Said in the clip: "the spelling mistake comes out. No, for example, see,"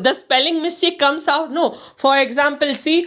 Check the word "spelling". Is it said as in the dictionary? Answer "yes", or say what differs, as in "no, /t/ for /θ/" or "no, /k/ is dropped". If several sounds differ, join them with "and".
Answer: yes